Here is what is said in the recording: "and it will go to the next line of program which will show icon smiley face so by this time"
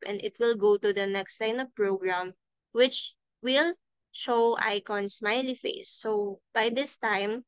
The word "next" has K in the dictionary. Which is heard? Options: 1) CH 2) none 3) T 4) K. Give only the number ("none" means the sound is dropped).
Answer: 4